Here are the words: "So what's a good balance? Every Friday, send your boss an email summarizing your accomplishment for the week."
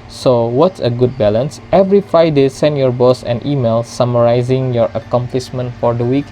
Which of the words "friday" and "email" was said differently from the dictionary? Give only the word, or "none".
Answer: friday